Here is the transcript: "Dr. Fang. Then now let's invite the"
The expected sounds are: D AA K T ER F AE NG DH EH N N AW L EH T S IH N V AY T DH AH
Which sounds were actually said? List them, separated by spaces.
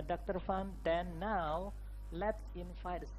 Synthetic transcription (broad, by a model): D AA K T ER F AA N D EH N N AW L EH T S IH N F AY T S